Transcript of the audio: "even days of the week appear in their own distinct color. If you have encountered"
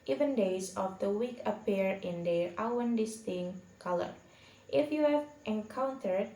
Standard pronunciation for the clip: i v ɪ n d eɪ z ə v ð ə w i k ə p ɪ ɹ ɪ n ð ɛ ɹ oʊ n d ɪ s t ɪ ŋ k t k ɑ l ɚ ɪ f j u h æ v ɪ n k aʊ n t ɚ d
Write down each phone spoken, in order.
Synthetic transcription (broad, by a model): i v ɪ n d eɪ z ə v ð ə w i k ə p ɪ ɹ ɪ n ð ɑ w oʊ n d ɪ s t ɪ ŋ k k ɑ l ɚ ɪ f j u h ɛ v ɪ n k aʊ n t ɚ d